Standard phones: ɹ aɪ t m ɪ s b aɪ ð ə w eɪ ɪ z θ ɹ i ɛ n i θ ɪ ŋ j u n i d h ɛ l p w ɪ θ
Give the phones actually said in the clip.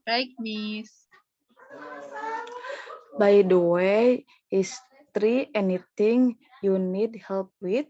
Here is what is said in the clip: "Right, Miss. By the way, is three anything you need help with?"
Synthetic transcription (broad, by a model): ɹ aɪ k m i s b aɪ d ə w eɪ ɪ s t ɹ i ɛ n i t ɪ ŋ j u n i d h ɛ l p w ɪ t